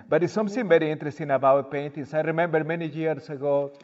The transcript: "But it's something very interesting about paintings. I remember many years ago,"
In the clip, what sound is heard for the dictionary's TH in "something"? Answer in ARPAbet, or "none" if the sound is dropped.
S